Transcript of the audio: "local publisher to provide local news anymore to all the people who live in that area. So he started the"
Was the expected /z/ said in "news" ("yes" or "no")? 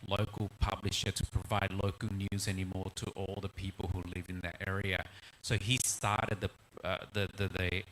yes